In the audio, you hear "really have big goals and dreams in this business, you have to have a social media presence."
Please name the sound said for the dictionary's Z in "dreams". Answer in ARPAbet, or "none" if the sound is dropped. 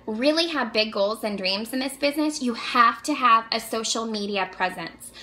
Z